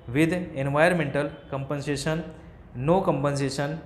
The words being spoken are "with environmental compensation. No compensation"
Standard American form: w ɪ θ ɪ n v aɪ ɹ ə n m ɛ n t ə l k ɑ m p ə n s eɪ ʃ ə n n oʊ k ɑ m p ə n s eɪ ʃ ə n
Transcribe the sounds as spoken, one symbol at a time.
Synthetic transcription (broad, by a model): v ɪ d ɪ n v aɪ ə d m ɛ n t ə l k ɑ m p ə n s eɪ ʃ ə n n oʊ k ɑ m p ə n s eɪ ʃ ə n